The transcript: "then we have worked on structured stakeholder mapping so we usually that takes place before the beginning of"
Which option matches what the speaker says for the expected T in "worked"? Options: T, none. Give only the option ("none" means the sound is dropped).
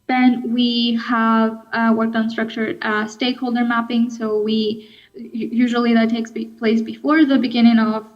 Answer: T